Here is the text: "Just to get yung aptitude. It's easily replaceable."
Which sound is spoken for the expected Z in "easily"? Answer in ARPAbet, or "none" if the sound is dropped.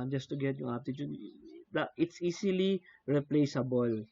S